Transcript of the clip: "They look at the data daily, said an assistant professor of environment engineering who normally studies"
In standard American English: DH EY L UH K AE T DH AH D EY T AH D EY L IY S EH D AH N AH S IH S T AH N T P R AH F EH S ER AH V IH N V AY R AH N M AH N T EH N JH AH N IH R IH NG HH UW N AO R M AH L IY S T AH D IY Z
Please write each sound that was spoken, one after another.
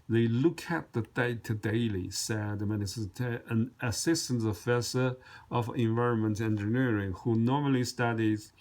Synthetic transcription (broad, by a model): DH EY L UH K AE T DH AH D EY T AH D EY L IY S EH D AH N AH S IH S T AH N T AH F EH S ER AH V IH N V AY R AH N M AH N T EH N JH AH N IH R IH NG HH UW N AO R M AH L IY S T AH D IY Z